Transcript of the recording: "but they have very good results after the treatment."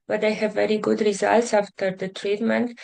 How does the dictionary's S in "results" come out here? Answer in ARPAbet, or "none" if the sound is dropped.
S